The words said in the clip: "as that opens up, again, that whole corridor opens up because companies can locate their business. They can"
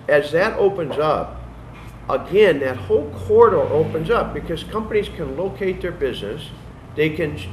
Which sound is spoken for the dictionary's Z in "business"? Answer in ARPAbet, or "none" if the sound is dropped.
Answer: Z